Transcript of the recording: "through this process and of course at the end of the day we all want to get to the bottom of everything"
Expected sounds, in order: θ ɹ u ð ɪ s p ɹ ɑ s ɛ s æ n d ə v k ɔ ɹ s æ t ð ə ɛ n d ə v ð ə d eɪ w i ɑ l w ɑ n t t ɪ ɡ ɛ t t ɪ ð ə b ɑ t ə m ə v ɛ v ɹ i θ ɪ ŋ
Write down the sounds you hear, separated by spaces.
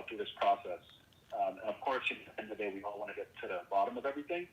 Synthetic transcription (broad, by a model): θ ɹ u ð ɪ s p ɹ ɑ s ɛ s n ə v k ɔ ɹ s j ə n ə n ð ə d eɪ w i ɑ l w ɑ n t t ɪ ɡ ɛ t t ɪ ð ə b ɑ t ə m ə v ɛ v ɹ i θ ɪ ŋ